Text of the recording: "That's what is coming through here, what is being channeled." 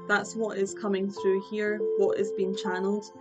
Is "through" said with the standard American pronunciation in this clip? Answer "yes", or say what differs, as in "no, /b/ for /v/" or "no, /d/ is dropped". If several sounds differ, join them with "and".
yes